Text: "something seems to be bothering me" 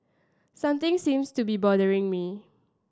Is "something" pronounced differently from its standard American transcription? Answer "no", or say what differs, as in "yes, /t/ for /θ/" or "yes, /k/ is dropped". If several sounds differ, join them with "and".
yes, /t/ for /θ/